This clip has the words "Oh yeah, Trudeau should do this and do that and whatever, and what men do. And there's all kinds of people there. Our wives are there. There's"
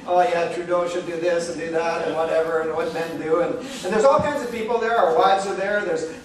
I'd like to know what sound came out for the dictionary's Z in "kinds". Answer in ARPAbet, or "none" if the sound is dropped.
Z